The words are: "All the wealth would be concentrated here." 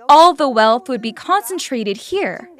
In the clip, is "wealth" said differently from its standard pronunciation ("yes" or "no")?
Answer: no